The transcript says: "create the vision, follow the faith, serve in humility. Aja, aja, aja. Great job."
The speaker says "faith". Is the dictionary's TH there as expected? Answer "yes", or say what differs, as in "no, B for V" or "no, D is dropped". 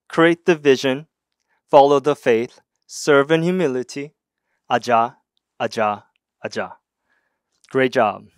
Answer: yes